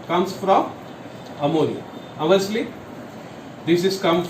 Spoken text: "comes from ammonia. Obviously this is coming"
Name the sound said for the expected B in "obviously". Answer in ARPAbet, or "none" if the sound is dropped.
none